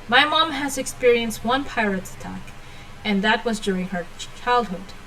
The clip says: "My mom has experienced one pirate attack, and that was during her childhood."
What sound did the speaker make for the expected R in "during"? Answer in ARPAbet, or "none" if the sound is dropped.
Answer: R